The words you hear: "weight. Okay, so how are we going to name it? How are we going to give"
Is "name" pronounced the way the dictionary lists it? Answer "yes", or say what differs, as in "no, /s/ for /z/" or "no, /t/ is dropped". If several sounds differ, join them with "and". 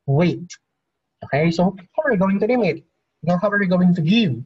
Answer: no, /l/ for /n/